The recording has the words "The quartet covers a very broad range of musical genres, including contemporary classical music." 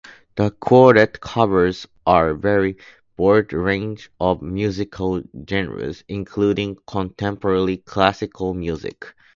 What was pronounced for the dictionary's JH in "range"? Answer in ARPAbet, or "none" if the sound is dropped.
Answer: JH